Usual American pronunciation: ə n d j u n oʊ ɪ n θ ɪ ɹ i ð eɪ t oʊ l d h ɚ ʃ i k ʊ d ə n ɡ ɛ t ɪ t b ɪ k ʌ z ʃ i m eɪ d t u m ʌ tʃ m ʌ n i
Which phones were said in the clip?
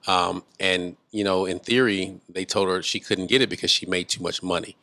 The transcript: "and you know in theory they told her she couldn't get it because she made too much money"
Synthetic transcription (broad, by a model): ə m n j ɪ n oʊ ɪ n θ ɪ ɹ i ð eɪ t oʊ l d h ɚ ʃ i k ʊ d n ɡ ɛ t ɪ t b ɪ k ʌ z ʃ i m eɪ d t u m ʌ tʃ m ʌ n i